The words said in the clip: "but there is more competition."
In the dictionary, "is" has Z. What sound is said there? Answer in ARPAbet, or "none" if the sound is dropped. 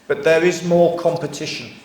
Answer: Z